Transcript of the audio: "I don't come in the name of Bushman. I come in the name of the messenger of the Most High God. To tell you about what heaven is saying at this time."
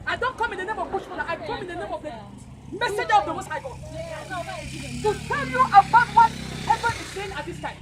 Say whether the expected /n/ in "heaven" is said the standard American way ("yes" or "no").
no